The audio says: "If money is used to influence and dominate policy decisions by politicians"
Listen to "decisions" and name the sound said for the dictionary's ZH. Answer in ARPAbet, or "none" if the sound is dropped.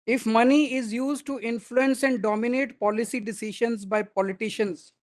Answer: SH